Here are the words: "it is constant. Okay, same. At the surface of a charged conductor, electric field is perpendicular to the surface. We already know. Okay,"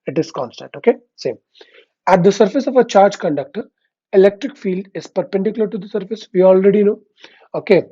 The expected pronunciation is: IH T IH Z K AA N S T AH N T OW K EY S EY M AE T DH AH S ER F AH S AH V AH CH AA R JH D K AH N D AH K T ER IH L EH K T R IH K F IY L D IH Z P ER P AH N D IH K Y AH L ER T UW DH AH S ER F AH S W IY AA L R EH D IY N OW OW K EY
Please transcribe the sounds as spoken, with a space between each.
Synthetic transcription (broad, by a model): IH T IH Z K AA N S T AH N T OW K EY S EY M AE T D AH S ER F AH S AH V AH CH AA R JH K AH N D AH K T ER IH L EH K T R IH K F IY L D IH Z P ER P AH N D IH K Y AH L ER T UW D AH S ER F AH S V IY AA L R EH D IY N OW OW K EY